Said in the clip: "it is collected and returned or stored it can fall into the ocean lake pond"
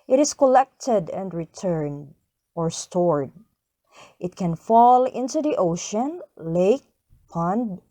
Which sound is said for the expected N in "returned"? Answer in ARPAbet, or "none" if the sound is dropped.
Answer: N